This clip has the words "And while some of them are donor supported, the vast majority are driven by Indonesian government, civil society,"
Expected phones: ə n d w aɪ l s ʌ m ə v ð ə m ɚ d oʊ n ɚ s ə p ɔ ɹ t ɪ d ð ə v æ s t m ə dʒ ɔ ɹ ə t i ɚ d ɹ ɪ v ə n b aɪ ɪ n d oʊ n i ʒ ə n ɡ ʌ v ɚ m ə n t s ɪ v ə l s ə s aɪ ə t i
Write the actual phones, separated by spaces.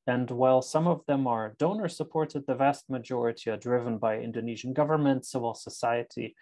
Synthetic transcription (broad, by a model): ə n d w aɪ l s ʌ m ə v ð ə m ɚ d oʊ n ɚ s ə p ɔ ɹ t ɪ d ð ə v æ s t m ə dʒ ɔ ɹ ə t i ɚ d ɹ ɪ v ə n b aɪ ɪ n d oʊ n i ʒ ə n ɡ ʌ v ɚ m ə n t s ɪ v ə l s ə s aɪ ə t i